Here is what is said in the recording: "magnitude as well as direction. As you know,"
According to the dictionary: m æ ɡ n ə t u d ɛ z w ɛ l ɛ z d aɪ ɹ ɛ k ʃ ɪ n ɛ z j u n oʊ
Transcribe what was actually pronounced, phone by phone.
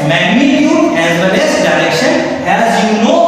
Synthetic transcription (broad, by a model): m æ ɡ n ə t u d ɛ z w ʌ n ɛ s d aɪ ɹ ɛ k ʃ ɪ n ɛ z j u n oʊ